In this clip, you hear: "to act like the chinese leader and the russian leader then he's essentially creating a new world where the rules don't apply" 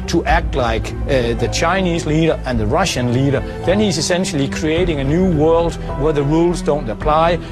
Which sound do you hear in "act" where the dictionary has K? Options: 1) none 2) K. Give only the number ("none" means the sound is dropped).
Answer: 2